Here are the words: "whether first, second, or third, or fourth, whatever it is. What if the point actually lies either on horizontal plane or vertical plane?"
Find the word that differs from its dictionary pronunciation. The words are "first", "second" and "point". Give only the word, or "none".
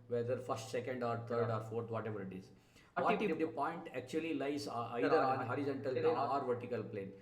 none